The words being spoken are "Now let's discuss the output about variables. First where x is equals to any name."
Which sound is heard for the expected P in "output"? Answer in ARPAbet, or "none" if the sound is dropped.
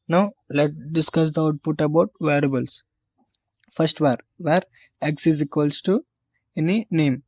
P